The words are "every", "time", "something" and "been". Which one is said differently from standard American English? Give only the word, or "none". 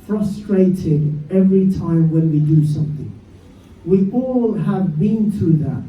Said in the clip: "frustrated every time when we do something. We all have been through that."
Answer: none